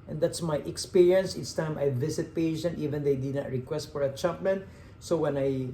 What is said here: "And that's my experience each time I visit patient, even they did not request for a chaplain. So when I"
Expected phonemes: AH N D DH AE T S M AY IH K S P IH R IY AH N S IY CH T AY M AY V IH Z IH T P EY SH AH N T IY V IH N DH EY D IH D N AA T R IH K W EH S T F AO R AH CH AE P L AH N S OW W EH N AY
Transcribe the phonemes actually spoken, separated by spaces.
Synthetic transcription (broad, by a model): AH N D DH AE T S M AY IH K S P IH R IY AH N S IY S T AY M AY V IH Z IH T P EY SH AH N T IY V IH N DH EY D IH D N AA T R IH K W EH S T F AO R AH CH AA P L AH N S OW W EH N AY